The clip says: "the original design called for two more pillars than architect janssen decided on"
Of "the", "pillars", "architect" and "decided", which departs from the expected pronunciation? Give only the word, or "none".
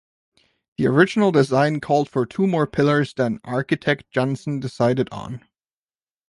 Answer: none